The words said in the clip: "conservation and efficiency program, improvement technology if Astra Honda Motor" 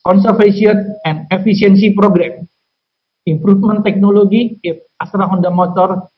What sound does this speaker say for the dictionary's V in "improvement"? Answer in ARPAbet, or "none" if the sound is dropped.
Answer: F